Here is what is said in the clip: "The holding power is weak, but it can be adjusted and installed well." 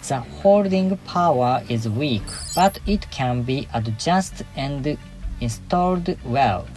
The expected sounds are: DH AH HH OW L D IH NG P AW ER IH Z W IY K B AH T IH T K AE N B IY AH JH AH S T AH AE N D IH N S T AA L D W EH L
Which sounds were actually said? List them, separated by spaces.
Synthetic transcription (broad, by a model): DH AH HH OW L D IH NG P AW ER IH Z W IY K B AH T IH T K AE N B IY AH JH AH S T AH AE N D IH N S T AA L D W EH L